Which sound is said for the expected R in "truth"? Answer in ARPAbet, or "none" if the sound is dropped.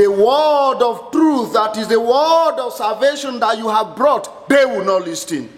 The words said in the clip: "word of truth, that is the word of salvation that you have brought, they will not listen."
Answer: R